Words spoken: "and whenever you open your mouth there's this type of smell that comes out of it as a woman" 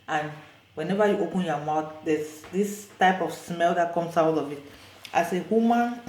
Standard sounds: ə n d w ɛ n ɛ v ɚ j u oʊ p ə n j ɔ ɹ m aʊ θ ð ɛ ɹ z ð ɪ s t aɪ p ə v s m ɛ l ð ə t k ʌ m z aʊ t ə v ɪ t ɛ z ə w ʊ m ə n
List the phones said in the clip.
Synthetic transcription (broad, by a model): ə n w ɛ n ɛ v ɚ j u oʊ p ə n j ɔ m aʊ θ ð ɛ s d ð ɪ s t aɪ p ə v s m ɛ l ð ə t k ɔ m s aʊ t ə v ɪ t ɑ s ə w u m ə n